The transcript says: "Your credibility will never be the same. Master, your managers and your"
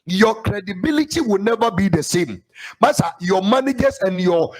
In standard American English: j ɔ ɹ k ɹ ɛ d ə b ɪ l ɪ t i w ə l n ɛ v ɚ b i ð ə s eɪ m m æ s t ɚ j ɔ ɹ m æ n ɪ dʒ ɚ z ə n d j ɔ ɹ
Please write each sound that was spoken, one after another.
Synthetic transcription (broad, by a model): j ɔ k ɹ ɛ d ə b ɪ l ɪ t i w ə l n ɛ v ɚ b i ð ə s eɪ m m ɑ s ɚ j ɔ m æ n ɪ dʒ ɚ s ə n j ɔ